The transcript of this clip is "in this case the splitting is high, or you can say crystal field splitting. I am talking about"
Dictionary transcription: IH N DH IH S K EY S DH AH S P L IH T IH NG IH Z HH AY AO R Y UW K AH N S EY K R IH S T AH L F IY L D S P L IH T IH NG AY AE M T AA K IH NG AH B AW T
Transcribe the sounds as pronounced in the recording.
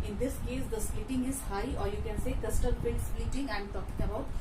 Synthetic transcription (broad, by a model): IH N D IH S K EY S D AH S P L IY T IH NG IH Z HH AY AO R Y UW K AH N S EY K AH S T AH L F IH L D S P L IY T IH NG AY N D T AA K IH NG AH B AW T